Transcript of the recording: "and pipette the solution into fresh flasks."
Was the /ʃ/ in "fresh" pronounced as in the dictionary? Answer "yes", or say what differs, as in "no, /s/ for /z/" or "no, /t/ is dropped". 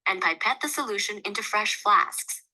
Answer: yes